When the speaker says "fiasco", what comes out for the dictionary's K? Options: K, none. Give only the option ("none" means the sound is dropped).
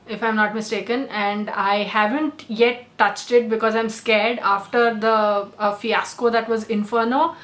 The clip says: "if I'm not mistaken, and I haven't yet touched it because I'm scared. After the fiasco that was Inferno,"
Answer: K